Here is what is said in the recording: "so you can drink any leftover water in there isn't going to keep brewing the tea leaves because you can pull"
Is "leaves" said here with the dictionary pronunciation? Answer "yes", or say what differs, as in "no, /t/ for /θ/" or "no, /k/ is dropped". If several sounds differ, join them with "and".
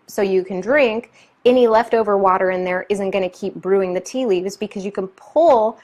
yes